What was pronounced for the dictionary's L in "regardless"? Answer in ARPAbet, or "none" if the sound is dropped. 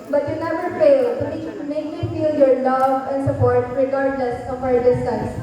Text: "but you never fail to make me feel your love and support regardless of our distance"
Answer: L